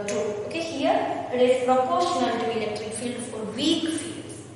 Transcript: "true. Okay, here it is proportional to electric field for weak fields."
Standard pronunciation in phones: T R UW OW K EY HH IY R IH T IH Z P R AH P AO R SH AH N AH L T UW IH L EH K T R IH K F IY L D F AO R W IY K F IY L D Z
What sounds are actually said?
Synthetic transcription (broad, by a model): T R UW OW K EY HH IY R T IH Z P R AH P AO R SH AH N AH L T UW IH L EH K T R IH K F IY L D F AO R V IY K F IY L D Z